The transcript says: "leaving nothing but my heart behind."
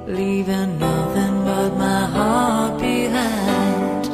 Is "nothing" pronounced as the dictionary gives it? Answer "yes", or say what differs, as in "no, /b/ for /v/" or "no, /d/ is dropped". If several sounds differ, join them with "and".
yes